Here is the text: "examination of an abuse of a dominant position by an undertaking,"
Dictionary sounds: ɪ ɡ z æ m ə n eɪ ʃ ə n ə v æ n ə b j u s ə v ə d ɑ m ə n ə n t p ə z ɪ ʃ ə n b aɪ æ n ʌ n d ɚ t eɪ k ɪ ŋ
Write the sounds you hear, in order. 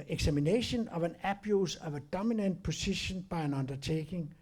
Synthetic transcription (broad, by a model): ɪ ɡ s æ m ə n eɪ ʃ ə n ə v æ n ə b j u s ə v ə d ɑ m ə n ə n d p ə s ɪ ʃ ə n b aɪ æ n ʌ n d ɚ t eɪ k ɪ ŋ